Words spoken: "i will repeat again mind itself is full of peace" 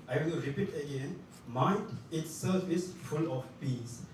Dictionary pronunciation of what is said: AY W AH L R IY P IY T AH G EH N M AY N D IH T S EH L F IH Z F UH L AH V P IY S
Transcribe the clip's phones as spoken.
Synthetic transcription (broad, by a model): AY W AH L R IY P IY T AH G EH N M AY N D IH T S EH F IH S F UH L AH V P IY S